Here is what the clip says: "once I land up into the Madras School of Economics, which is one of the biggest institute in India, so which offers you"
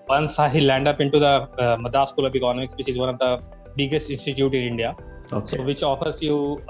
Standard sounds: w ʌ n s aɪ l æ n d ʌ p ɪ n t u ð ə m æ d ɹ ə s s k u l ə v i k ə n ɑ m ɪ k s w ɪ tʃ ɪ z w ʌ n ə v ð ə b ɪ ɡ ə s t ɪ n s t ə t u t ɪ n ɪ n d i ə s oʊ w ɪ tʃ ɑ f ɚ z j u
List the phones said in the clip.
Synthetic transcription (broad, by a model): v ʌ n s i l æ n d ʌ p ɪ n t u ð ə m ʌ d ə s s k u l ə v i k ə n ɑ m ɪ k s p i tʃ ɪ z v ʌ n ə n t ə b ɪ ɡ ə s t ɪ n s t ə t u t ɪ n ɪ n d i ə s oʊ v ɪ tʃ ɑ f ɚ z j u